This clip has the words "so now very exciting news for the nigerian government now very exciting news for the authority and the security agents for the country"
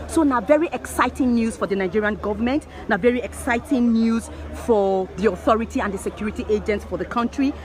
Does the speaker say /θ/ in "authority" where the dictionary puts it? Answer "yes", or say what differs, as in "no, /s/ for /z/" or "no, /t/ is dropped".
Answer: yes